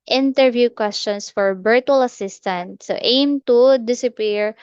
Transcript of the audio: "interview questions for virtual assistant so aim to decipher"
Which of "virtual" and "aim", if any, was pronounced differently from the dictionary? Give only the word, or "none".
virtual